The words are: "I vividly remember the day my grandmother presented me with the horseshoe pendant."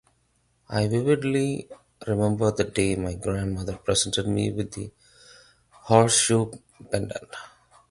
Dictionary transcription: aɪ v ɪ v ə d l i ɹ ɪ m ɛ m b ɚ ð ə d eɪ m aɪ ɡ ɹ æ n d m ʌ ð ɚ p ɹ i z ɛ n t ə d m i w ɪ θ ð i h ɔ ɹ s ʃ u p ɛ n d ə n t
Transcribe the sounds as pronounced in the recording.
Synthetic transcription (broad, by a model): aɪ v ɪ v ə d l i ɹ ɪ m ɛ m b ɚ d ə d eɪ m aɪ ɡ ɹ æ n d m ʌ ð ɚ p ɹ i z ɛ n t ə d m i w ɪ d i h ɔ ɹ s ʃ u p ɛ n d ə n